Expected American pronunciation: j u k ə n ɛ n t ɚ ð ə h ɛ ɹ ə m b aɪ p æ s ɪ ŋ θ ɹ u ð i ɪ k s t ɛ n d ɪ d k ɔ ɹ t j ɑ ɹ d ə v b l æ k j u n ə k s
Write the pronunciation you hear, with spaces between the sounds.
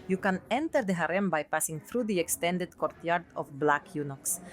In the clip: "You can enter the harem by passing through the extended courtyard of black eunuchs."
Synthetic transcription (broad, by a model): j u k ə n ɛ n t ɚ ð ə h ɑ ɹ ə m b aɪ p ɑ s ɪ ŋ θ ɹ u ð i ɪ k s t ɛ n d ɪ d k ɔ ɹ t j ɑ ɹ d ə f b l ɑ k j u n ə k s